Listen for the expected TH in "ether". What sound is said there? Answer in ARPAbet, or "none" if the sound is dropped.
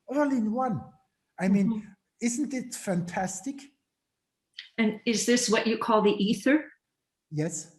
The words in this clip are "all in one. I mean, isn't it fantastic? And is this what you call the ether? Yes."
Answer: TH